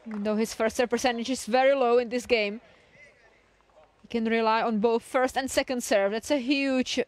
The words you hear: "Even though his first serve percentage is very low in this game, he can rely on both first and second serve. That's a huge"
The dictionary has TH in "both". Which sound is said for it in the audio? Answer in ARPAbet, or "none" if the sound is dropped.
TH